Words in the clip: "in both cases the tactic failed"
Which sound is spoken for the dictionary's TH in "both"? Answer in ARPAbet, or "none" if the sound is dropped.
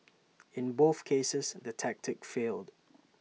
TH